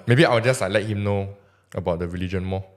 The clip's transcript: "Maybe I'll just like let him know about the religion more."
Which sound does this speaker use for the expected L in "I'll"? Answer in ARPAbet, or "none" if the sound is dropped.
W